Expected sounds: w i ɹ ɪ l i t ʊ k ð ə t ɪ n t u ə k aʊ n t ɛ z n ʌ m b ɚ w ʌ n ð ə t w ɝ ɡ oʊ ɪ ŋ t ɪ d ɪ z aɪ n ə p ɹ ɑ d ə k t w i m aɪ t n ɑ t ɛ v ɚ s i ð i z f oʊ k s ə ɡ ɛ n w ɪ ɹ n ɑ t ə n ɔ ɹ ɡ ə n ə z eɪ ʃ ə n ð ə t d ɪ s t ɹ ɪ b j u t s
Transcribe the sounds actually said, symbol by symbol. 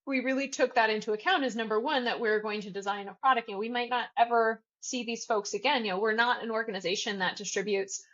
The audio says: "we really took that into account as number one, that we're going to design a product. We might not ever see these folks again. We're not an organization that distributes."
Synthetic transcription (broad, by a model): w i ɹ ɪ l i t ʊ k ð ə t ɪ n t u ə k aʊ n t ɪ z n ʌ m b ɚ w ʌ n ð ə t w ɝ ɡ oʊ ɪ ŋ t ɪ d ɪ z aɪ n ə p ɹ ɑ d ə k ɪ w i m aɪ t n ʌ t ɛ v ɚ s i ð i z f oʊ k s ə ɡ ɛ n w ɪ ɹ n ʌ t ə n ɔ ɹ ɡ ə n ə z eɪ ʃ ə n ð ə t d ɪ s t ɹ ɪ b j u t s